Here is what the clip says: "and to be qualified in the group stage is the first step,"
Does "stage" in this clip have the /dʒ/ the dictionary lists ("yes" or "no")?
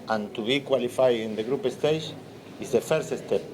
no